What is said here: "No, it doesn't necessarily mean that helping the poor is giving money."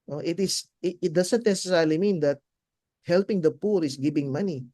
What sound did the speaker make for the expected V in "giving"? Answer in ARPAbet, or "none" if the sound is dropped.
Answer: B